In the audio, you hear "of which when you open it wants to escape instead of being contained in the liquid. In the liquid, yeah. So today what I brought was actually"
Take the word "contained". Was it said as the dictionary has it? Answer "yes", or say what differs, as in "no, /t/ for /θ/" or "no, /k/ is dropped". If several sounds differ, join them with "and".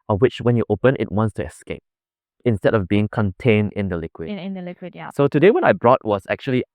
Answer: yes